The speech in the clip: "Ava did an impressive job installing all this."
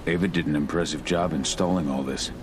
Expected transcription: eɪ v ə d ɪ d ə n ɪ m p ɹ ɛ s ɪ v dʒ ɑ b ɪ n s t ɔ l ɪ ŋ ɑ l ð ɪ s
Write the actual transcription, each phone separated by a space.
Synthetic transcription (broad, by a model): eɪ v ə d ɪ d n ɪ m p ɹ ɛ s ɪ v dʒ ɑ b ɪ n s t ɔ l ɪ ŋ ɑ l ð ɪ s